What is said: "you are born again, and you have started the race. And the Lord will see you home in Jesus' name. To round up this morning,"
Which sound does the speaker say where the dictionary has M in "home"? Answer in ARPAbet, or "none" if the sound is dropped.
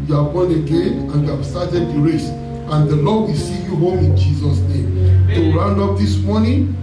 M